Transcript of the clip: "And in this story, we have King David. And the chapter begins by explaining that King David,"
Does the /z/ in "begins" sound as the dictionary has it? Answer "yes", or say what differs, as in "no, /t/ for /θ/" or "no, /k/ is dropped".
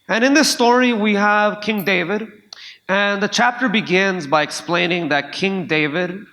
yes